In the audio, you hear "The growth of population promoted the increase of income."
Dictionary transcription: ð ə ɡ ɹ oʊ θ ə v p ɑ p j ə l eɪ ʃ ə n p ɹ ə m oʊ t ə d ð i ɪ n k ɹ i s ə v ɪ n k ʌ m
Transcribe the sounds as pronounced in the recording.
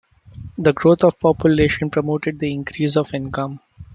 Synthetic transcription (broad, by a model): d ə ɡ ɹ oʊ t ə v p ɑ p j ə l eɪ ʃ ə n p ɹ ə m oʊ t ə d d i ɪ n k ɹ i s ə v ɪ n k ʌ m